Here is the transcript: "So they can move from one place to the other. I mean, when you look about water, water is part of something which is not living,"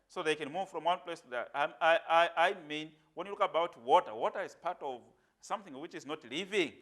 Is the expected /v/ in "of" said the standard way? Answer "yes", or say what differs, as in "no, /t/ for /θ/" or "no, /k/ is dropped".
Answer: yes